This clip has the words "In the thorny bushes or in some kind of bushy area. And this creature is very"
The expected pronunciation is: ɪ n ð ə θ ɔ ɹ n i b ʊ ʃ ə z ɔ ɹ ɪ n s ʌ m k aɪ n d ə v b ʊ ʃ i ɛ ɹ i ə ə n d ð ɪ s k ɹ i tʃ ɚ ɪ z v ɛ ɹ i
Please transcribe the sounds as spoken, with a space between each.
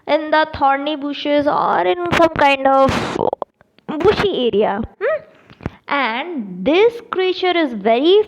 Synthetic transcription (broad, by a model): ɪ n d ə t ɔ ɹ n i b ʊ ʃ ə z ɔ ɹ ɪ n s ʌ m k aɪ n d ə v b ʊ ʃ i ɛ ɹ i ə ə n d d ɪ s k ɹ i tʃ ɚ ɪ z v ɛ ɹ i